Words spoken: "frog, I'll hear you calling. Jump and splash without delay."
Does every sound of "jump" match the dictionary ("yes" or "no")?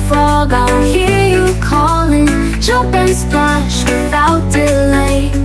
no